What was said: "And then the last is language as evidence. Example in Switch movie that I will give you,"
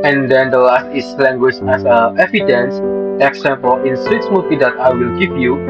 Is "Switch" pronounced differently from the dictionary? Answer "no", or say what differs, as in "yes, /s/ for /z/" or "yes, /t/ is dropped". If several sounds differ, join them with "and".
yes, /s/ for /tʃ/